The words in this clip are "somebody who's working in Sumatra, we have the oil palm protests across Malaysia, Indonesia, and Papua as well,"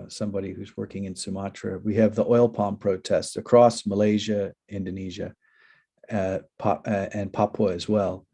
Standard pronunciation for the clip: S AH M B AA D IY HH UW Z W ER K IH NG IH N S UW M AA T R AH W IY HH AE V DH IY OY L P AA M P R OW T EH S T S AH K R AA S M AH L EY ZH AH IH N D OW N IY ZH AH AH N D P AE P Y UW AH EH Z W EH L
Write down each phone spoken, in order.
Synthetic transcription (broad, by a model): S AH M B AA D IY HH UW Z W ER K IH NG IH N S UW M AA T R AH W IY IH V DH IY OY L P AA M P R OW T EH S T S AH K R AA S M AH L EY ZH AH IH N D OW N IY ZH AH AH N P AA P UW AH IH Z W EH L